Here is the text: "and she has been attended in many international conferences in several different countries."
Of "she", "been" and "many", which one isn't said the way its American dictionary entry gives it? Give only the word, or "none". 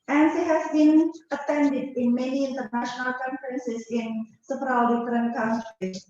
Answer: she